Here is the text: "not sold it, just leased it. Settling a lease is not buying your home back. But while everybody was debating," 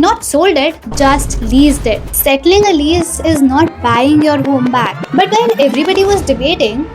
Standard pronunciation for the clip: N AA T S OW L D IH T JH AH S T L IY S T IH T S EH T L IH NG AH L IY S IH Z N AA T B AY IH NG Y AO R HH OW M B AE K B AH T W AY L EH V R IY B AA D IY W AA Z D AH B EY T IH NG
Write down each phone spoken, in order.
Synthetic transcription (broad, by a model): N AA T S OW L D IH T JH AH S T L IY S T IH T S EH T L IH NG AH L IY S IH Z N AA T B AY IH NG Y AO R HH OW M B AE K B AH T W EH N EH V R IY B AA D IY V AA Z D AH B EY T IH NG